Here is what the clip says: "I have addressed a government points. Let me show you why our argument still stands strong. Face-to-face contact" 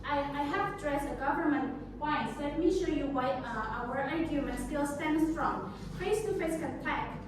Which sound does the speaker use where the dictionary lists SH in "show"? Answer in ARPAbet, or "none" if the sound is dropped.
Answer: SH